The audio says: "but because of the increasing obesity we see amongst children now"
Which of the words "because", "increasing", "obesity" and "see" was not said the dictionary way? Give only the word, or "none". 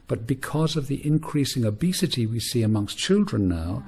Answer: none